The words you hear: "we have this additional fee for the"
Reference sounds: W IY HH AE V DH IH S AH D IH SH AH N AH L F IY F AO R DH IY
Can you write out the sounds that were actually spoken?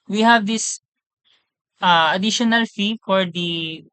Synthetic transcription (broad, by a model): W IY HH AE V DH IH S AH D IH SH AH N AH L F IY F AO R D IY